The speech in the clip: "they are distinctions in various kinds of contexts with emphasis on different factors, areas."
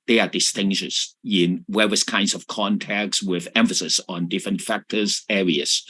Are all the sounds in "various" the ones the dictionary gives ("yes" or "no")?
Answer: no